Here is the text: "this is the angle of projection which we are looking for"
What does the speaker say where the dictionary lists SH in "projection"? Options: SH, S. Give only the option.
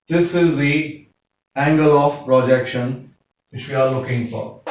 SH